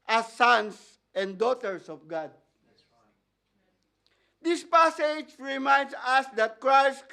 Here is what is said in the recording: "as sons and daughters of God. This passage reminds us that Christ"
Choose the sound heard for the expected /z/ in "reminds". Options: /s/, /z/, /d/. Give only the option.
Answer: /s/